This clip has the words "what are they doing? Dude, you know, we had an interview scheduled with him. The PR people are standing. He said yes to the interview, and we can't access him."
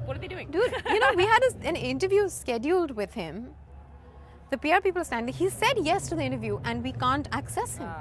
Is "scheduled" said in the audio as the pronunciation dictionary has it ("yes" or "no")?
yes